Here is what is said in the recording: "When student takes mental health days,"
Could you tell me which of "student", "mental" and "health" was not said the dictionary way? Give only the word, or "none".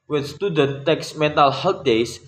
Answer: health